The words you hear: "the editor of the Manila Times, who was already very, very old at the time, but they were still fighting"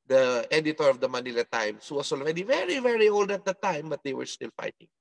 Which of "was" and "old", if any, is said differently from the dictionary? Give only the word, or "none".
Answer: was